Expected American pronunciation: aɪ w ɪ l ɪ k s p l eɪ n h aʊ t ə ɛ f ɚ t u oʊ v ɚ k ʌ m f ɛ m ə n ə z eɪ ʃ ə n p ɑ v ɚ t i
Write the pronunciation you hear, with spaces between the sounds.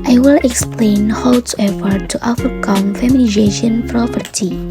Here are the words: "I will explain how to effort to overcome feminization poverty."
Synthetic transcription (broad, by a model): aɪ w ɪ l ɪ k s p l eɪ n h aʊ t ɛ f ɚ t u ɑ f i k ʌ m f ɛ m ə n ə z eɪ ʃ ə n p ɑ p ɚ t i